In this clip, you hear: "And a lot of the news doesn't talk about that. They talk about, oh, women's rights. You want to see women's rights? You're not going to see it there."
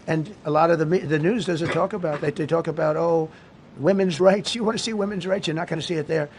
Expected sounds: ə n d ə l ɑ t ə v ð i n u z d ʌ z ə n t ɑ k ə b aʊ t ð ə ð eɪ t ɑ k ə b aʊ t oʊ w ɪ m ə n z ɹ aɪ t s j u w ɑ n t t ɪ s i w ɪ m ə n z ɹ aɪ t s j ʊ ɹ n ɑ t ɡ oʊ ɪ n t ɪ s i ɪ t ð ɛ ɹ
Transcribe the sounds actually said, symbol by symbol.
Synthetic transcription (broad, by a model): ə n ə l ɑ t ə v ð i n u z d ʌ z ə n t ɑ k ə b aʊ t ð ə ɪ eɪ t ɑ k ə b aʊ t oʊ w ɪ m ə n z ɹ aɪ t s j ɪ w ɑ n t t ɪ s i w ɪ m ə n z ɹ aɪ t s j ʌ ɹ n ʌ t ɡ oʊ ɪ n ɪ s i ɪ t ð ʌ ɹ